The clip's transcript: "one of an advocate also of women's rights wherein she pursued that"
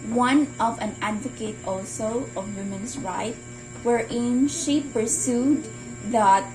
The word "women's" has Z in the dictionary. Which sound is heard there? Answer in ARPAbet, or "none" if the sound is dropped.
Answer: S